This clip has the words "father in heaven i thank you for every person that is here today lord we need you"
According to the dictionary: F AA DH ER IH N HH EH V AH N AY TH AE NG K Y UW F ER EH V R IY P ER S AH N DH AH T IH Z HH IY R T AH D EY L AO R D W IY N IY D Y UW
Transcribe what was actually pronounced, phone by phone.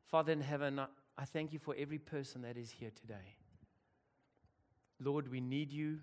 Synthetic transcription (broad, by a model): F AA DH ER IH N HH EH V AH N AY TH AE NG K Y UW F ER EH V R IY P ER S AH N DH AH T IH Z HH IY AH T AH D EY L AO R D W IY N IY D Y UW